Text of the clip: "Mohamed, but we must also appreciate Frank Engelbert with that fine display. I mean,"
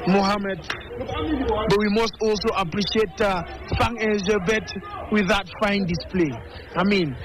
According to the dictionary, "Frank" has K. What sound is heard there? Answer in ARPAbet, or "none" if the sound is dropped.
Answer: none